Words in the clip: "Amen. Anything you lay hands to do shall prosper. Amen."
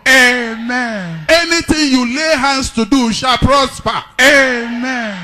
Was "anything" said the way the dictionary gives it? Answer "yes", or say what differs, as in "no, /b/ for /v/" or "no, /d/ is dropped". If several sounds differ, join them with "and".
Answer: no, /t/ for /θ/